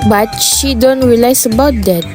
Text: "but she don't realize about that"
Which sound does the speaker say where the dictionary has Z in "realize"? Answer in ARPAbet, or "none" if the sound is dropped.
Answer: S